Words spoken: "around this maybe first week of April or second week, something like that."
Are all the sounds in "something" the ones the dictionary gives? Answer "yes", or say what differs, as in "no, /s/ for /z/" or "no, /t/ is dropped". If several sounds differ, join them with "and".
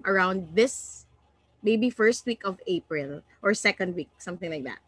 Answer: yes